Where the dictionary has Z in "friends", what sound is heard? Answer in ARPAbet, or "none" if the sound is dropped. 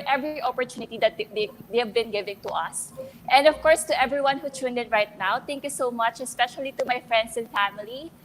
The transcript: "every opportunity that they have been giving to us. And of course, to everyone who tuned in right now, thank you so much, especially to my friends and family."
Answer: S